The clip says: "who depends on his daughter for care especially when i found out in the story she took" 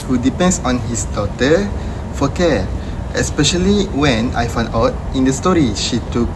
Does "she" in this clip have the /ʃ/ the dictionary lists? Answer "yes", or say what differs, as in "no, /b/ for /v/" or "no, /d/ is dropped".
yes